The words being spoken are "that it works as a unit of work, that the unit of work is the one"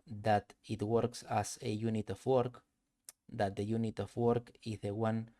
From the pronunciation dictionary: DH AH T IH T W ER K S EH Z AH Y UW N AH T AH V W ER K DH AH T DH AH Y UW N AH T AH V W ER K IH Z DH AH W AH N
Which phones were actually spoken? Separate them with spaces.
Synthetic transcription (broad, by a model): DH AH T IH T W ER K S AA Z AH Y UW N AH T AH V W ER K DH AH T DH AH Y UW N AH T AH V W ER K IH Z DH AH W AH N